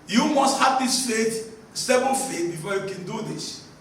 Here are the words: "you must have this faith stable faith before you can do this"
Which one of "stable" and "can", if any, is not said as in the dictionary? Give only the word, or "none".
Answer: stable